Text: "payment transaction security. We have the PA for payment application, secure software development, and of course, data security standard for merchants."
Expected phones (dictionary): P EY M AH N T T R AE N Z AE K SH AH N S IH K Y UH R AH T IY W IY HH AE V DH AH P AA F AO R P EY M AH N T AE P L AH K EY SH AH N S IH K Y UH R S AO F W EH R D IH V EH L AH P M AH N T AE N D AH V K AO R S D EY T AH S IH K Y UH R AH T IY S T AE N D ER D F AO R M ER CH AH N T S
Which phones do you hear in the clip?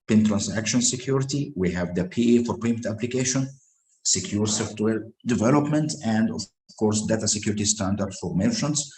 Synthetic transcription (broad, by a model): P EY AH N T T R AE N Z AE K SH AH N S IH K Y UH R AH T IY W IY HH AE V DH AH P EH F AO R P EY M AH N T AE P L AH K EY SH AH N S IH K Y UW R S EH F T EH L D IH V EH L AH P M AH N T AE N D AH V K AO R S D EY T AH S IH K Y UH R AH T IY S T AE N D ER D F AO R M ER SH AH N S